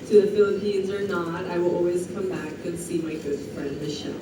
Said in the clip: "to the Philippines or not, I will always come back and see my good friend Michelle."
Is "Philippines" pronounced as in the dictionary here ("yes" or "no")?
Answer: yes